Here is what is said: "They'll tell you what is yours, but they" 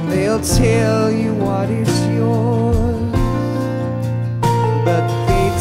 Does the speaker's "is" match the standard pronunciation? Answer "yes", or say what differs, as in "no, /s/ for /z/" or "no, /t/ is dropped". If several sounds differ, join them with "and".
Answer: no, /s/ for /z/